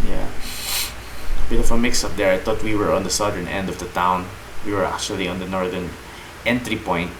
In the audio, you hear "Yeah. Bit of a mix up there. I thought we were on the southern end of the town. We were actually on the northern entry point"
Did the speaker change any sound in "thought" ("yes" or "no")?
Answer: yes